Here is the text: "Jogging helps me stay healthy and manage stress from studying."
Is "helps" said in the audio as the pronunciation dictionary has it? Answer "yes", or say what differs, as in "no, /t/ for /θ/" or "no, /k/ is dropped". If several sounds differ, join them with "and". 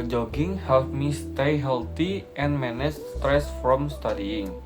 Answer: no, /s/ is dropped